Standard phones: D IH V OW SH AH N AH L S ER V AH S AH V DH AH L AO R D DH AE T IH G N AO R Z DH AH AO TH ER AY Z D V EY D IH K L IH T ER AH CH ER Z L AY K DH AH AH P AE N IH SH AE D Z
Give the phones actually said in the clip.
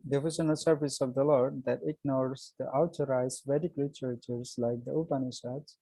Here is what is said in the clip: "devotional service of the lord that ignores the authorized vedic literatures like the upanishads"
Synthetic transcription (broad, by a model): D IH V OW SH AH N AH L S ER V AH S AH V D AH L AO R D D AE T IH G N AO R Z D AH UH T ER AY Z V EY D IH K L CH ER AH CH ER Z L AY K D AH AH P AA N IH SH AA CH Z